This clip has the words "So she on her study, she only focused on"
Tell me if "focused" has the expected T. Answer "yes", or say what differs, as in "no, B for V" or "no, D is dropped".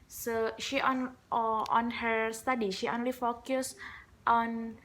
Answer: yes